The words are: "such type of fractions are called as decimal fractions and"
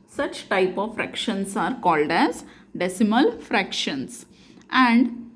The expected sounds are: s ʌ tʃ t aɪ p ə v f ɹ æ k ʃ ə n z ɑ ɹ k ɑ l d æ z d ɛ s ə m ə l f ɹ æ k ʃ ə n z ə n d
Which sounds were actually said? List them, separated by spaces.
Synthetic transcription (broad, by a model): s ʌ tʃ t aɪ p ə v f ɹ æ k ʃ ə n s ɑ ɹ k ɑ l d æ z d ɛ s ə m ə l f ɹ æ k ʃ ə n s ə n d